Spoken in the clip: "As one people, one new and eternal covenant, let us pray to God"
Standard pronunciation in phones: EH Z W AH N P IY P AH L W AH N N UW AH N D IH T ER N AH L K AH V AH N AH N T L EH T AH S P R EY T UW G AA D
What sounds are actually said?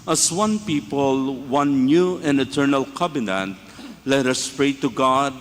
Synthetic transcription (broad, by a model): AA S W AH N P IY P AH L W AH N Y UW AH N IH T ER N AH L K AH B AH N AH N T L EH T AH S P R EY T UW G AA D